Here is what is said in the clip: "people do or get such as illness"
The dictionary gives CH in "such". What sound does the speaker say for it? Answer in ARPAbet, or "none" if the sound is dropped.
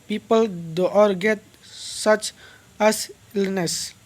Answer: CH